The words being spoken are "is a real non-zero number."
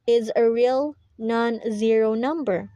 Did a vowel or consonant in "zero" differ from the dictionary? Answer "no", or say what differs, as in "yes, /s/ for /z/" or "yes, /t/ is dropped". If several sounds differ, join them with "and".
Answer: no